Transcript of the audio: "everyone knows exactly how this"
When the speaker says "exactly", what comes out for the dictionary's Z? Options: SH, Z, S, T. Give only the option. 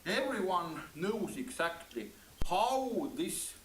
S